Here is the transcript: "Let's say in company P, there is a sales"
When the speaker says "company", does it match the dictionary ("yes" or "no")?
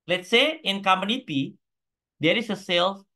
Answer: no